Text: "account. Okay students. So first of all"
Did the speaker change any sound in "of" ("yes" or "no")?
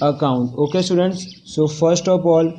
yes